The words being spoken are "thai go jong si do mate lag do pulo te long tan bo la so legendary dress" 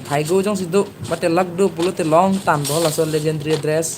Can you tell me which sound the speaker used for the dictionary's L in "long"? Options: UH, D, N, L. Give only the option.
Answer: L